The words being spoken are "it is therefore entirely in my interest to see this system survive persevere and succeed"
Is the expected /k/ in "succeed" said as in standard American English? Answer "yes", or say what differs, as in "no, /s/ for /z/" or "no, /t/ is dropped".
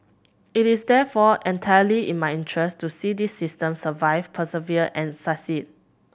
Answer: no, /k/ is dropped